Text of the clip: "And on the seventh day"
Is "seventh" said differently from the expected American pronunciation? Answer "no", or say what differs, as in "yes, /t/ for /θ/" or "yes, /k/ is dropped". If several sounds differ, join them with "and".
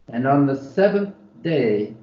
no